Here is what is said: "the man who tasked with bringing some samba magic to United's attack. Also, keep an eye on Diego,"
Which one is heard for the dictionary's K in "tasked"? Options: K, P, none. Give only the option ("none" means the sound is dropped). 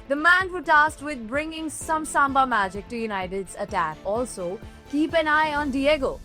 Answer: none